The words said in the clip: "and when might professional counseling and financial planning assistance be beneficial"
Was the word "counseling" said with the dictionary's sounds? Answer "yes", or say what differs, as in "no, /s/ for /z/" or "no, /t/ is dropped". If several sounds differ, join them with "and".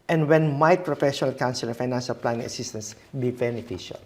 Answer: no, /l/ is dropped